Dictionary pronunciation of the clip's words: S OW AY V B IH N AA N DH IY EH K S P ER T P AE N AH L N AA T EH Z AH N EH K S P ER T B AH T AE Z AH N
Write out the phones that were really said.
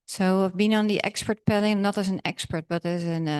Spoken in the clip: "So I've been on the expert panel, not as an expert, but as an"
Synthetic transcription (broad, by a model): S OW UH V B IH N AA N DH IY EH K S P ER T P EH L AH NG N AA T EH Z AH N EH K S P ER T B AH T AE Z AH N